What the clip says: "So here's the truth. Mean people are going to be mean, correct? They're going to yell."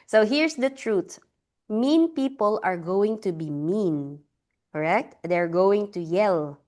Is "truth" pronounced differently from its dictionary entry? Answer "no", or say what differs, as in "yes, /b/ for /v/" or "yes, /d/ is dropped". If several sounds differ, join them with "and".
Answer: yes, /t/ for /θ/